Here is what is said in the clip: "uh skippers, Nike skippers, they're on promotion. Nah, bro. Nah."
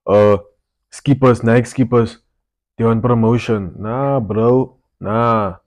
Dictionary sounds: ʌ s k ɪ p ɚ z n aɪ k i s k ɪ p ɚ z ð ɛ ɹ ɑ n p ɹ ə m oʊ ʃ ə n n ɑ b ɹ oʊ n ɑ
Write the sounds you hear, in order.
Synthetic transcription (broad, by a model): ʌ s k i p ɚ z n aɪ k s k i p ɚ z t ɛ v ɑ n p ɹ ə m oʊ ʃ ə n n ɑ b ɹ oʊ n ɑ